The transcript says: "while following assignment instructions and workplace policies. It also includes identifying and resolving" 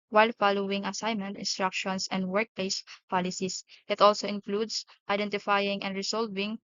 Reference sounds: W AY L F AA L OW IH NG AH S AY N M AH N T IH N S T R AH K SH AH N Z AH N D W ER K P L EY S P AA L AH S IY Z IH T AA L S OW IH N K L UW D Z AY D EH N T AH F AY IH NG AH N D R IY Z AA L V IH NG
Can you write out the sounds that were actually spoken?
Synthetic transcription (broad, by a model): W AY L F AA L OW IH NG AH S AY N M AH N T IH N S T R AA K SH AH N S AH N D W ER K P L EY S P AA L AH S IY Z IH T AA L S OW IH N K L UW D S AY D EH N T AH F AY IH NG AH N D R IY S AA L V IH NG